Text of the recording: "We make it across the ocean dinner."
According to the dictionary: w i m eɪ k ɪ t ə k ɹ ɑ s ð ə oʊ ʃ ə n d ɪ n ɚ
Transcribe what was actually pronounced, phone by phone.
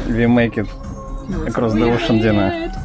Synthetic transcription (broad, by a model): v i m eɪ k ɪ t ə k ɹ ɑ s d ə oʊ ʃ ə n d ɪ n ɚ